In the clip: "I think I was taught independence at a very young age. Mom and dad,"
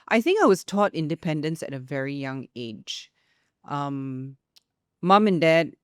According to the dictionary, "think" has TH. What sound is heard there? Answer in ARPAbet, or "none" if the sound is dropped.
TH